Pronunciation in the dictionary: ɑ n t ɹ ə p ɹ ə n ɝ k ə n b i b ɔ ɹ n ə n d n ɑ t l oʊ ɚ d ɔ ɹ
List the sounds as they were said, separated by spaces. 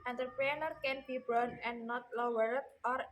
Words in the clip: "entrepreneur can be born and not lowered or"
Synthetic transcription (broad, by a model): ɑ n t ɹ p ɹ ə n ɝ k ə n b i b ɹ ə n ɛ n ɑ t l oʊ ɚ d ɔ ɹ